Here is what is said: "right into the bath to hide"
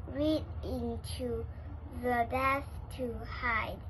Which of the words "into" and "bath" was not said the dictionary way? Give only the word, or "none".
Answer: bath